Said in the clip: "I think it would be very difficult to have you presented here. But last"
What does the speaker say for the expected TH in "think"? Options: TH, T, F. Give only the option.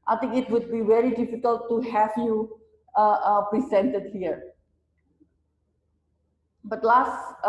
T